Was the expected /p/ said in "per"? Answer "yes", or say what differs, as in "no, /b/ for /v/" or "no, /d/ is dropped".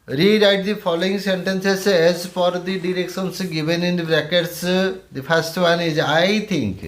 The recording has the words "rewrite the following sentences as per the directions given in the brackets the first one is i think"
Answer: no, /f/ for /p/